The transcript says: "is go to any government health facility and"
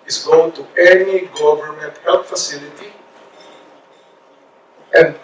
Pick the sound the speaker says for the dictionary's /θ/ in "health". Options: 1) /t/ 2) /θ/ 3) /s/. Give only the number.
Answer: 1